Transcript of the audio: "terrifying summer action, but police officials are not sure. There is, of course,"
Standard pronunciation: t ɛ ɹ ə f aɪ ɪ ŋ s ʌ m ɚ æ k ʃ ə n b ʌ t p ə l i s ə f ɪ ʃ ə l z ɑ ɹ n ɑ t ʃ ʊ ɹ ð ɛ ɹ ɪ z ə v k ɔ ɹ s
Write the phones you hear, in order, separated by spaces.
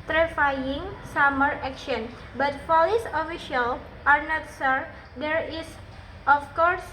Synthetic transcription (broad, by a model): t ɹ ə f aɪ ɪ ŋ s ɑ m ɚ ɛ k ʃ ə n b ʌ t f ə l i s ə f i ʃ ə l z ɑ ɹ n ɑ t s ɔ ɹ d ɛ ɹ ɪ s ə f k ɔ ɹ s